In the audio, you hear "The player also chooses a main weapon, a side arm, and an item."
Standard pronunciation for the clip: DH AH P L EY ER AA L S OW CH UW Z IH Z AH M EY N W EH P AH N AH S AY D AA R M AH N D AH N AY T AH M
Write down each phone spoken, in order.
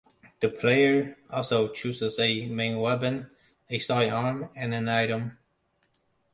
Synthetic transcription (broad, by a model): DH AH P L EY ER AA L S OW CH UW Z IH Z AH M EY N W EH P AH N AH S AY AA R M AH N AH N AY T AH M